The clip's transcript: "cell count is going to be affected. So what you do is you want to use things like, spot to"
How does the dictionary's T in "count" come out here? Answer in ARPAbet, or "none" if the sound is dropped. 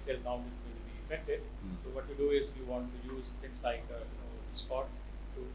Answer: none